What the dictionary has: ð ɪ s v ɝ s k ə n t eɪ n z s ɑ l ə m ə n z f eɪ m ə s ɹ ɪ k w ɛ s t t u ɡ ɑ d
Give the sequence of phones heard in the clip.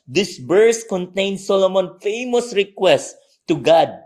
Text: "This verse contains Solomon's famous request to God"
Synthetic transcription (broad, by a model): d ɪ s b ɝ s k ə n t eɪ n s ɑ l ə m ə n f eɪ m ə s ɹ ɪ k w ɛ s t t u ɡ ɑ d